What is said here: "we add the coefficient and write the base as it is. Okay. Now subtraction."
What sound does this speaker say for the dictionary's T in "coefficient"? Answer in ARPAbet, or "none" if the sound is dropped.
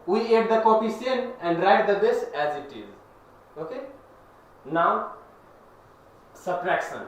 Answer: none